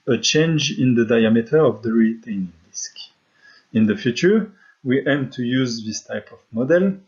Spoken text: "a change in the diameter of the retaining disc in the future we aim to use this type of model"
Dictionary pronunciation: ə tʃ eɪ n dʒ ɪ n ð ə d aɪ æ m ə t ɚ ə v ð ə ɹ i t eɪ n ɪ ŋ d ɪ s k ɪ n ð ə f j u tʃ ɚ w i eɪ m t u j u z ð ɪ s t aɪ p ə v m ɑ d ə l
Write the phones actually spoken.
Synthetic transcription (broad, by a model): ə tʃ eɪ n dʒ ɪ n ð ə d aɪ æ m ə t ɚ ə v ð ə ɹ i t eɪ n ɪ ŋ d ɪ s k ɪ n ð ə f j u tʃ ɚ w i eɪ m t u j u z ð ɪ s t aɪ p ə v m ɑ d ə l